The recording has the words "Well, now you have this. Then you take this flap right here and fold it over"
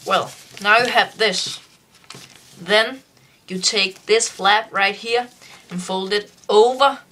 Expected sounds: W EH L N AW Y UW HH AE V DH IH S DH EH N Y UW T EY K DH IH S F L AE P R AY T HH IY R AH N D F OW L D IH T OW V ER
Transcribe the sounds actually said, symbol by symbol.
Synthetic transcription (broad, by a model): W EH L N AW Y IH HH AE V DH IH S DH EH N Y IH T EY K DH IH S F L AE P R AY T HH IY R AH N F OW L D IH T OW V ER